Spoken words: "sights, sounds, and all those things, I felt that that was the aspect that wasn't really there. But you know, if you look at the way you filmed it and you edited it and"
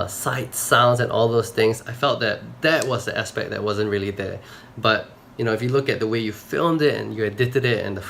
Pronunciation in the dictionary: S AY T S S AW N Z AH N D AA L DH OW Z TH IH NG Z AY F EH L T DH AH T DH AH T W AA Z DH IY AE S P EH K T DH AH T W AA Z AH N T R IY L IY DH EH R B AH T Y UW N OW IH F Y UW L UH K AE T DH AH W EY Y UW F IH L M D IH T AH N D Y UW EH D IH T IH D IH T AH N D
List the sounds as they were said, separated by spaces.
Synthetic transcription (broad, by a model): S AY T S S AW N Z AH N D AA L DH OW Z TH IH NG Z AY F EH L T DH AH T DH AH T W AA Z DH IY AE S P EH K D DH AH T W AA Z AH N T R IY L IY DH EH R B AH T Y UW N OW IH F Y UW L UH K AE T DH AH W EY Y UW F IH L M D IH T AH N Y UW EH D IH T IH D IH T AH N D